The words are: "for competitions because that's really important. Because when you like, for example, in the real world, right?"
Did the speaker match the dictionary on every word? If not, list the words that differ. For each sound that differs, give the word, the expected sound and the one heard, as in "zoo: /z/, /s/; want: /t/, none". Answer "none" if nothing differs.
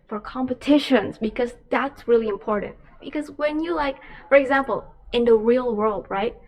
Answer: none